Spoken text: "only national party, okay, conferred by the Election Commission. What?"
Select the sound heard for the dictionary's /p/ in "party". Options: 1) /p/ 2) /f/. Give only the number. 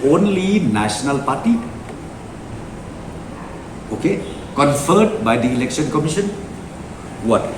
1